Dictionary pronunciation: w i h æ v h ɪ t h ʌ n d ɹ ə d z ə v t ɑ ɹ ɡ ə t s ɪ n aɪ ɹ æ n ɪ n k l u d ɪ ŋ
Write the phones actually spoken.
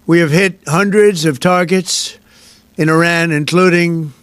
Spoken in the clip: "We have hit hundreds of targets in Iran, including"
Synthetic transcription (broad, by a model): w i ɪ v h ɪ t h ʌ n d ɹ ə d z ə v t ɑ ɹ ɡ ə t s ɪ n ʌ ɹ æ n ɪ n k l u d ɪ ŋ